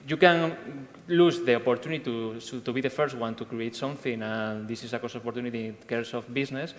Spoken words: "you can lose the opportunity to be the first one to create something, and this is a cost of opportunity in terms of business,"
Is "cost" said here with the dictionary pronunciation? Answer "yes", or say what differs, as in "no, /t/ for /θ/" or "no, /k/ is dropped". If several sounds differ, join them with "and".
no, /t/ is dropped